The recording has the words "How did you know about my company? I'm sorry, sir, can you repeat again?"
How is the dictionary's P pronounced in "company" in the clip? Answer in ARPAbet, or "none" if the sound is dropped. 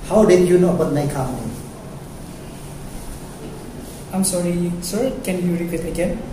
none